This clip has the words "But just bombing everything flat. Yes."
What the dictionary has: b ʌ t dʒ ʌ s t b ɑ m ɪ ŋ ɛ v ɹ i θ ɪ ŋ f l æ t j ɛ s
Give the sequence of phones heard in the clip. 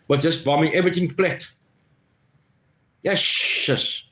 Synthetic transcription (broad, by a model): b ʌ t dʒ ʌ s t b ɑ m ɪ ŋ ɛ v ɹ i t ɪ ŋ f l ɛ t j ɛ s